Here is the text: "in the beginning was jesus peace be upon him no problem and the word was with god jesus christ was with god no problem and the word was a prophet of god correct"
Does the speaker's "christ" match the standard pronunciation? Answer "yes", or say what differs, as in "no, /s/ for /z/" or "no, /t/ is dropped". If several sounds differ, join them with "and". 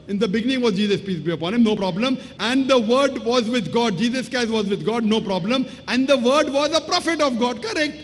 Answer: no, /ɹ/ is dropped